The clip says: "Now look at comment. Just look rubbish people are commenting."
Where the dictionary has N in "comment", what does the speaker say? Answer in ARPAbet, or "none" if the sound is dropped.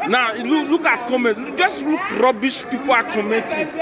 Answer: none